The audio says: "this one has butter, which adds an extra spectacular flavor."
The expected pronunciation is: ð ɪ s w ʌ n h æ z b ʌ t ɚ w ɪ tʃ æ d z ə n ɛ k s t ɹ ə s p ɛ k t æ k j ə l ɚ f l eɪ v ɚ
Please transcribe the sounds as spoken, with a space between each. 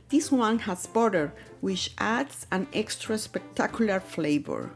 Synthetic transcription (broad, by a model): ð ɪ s w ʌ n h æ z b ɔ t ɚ w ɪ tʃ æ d s ə n ɛ k s t ɹ ə s p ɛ k t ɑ k j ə l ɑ f l eɪ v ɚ